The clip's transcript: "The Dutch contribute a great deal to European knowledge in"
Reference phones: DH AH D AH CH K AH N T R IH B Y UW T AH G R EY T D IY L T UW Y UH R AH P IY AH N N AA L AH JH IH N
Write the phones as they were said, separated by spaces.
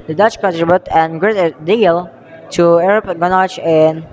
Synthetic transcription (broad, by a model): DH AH D AH CH K AH N T R IH B Y UW T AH G R EY T D IY L T UW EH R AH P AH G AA N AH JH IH N